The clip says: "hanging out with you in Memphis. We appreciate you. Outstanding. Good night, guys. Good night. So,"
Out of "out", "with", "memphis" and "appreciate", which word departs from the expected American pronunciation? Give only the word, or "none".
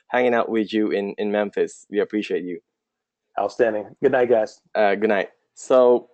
none